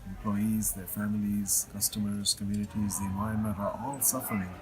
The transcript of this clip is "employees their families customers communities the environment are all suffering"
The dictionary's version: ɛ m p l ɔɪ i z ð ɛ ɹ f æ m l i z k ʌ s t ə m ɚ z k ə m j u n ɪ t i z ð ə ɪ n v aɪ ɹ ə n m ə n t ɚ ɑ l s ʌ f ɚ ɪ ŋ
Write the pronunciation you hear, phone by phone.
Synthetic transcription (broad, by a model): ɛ m p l ɔɪ i z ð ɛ ɹ f æ m l i z k ʌ s t ə m ɚ z k ə m j u n ɪ t i z ð ə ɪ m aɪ ə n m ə t ɚ ɑ l s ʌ f ɚ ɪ ŋ